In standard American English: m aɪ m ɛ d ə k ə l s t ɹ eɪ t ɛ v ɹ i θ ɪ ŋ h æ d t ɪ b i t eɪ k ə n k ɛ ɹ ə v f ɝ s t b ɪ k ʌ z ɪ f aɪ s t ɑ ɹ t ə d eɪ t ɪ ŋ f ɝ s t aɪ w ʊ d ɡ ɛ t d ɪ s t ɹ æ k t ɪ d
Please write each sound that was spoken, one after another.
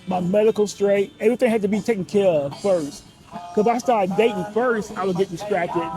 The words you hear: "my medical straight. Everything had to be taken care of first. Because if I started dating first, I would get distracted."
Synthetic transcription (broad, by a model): m aɪ m ɛ d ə k l s t ɹ eɪ t ɛ v ɹ i θ ɪ ŋ h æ d t ɪ b i t eɪ k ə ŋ k ɛ ɹ ə v f ɝ s t k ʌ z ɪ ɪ s t ɑ ɹ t d eɪ t ɪ ŋ f ɝ s t aɪ w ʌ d ɡ ɛ t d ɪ s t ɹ æ k t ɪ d